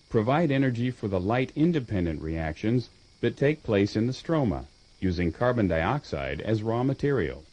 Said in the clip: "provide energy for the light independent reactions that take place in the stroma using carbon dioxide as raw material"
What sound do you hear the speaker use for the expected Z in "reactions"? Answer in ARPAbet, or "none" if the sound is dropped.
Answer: Z